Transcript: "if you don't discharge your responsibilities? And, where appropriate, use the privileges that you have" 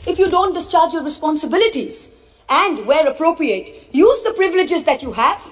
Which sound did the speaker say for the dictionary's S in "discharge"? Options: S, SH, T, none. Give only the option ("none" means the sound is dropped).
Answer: S